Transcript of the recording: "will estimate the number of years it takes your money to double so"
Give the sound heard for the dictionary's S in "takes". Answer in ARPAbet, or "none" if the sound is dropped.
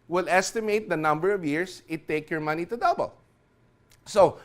none